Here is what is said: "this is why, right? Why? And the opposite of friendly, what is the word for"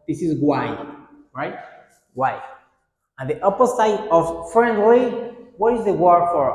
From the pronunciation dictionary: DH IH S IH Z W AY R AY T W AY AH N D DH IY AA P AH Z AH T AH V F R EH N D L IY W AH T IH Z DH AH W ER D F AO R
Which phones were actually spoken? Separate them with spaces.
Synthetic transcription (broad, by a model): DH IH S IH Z W AY R AY T W AY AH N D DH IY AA P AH S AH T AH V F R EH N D W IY W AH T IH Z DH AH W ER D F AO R